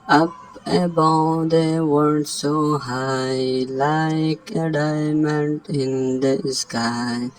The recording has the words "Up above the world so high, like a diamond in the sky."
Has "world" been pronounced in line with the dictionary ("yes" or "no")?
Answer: no